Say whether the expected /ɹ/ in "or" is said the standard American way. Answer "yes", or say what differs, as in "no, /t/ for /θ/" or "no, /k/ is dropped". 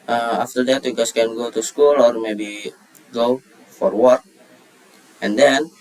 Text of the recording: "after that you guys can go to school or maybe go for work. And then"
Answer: yes